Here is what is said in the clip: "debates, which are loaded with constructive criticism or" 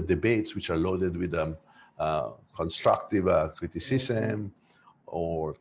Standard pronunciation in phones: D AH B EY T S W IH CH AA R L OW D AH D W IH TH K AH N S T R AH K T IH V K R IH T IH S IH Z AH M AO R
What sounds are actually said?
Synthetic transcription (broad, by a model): D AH B EY T S W IH CH AA R L OW D AH D W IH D K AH N S T R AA K T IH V K R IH T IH S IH S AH M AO R